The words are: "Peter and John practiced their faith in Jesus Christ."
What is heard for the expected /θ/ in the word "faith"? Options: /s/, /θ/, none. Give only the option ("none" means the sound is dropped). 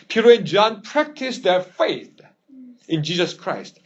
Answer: /θ/